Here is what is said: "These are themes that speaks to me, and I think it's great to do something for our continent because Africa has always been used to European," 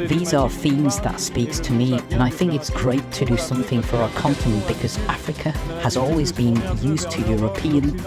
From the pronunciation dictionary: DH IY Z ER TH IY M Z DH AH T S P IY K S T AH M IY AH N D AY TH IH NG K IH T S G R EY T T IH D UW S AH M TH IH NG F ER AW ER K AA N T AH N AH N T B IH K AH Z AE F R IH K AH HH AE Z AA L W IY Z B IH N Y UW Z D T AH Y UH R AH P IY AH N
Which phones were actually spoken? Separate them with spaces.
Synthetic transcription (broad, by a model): DH IY Z ER TH IY M Z DH AH T S P IY K S T AH M IY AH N AY TH IH NG K IH T S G R EY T T IH D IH S AH M TH IH NG F ER AW ER K AA N T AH N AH N B IH K AH Z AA F R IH K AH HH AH Z AA L W IY Z B IH N Y UW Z T AH Y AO R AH P IY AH N